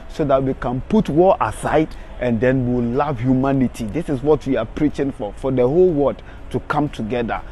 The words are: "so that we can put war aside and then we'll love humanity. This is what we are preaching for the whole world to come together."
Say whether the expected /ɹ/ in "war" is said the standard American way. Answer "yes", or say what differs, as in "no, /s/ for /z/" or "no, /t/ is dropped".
no, /l/ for /ɹ/